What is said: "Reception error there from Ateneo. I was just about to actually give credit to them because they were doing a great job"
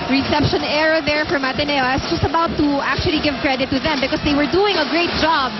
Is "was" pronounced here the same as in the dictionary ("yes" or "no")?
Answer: no